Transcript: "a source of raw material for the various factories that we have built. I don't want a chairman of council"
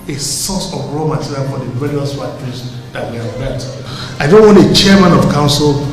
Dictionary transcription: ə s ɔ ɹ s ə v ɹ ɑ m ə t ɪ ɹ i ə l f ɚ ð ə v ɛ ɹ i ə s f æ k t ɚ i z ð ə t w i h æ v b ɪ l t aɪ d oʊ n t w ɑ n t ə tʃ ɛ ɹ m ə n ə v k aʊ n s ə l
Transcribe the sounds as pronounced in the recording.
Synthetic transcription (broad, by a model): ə s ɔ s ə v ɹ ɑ m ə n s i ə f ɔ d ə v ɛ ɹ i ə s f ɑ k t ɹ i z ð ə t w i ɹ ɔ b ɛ t aɪ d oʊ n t w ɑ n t ə tʃ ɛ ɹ m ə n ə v k aʊ n s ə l